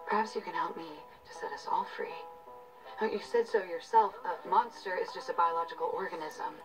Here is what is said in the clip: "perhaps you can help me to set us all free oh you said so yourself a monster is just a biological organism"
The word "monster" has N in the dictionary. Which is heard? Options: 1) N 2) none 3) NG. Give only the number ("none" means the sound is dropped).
1